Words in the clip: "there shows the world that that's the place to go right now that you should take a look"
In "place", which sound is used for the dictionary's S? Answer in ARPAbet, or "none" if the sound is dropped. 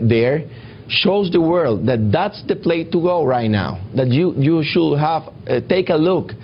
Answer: none